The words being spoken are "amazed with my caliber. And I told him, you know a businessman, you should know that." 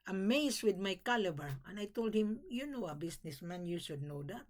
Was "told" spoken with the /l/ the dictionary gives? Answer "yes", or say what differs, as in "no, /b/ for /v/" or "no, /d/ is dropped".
yes